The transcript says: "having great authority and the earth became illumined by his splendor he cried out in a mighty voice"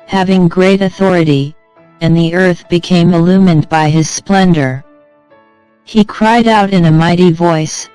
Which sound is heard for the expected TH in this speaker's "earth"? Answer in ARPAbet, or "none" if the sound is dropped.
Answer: TH